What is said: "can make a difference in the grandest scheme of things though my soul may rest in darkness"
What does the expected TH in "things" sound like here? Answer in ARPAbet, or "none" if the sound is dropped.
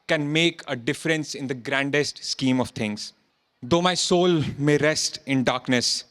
T